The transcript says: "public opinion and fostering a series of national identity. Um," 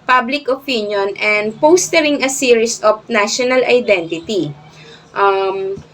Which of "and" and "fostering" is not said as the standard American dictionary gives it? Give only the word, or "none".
fostering